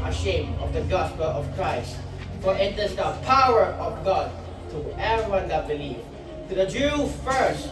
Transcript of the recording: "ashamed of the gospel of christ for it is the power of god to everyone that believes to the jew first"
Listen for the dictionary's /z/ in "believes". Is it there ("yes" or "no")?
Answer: no